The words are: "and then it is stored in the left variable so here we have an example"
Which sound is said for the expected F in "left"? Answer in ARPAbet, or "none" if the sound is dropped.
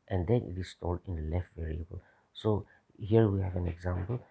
F